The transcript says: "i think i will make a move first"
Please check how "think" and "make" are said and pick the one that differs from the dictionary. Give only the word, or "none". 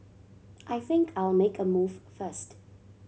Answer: none